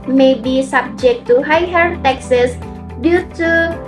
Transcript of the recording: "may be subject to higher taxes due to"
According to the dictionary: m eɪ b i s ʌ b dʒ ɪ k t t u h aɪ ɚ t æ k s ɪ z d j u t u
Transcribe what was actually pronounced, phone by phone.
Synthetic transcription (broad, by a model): m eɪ b i s ʌ b dʒ ɪ k t t u h aɪ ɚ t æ k s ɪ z d j u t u